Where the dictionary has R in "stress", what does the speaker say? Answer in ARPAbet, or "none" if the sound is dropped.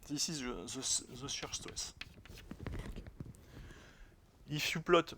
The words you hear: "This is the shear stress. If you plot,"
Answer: W